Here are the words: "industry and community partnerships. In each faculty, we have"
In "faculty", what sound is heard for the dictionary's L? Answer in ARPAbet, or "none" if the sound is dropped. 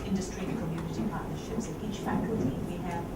none